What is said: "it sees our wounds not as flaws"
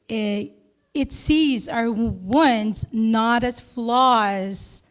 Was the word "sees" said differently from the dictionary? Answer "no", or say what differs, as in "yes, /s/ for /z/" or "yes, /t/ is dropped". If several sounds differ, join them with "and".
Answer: no